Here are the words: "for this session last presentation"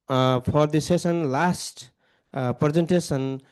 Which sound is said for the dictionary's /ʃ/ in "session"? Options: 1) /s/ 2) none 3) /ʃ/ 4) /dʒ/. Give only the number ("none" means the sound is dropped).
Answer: 1